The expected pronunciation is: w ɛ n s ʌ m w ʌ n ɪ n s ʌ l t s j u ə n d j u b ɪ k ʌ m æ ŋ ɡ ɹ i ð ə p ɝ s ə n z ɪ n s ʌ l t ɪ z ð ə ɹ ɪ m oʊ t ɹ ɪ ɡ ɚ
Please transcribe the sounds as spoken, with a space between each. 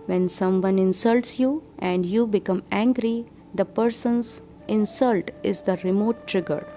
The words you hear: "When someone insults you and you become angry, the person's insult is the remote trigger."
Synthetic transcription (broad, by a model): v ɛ n s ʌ m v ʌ n ɪ n s ʌ l t s j u ə n d j u b ɪ k ʌ m æ ŋ ɡ ɹ i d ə p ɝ s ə n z ɪ n s ʌ l t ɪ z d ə ɹ ɪ m oʊ t ɹ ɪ ɡ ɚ